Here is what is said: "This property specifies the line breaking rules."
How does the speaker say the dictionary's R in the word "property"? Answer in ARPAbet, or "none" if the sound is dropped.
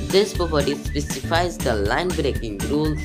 none